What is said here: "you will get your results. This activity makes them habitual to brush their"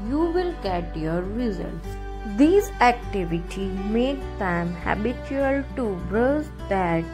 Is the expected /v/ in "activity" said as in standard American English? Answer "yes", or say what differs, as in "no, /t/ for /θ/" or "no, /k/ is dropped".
yes